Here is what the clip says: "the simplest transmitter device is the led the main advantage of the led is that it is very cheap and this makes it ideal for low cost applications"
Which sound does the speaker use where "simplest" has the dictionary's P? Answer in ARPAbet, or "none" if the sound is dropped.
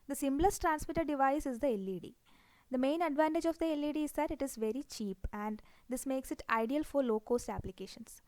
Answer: B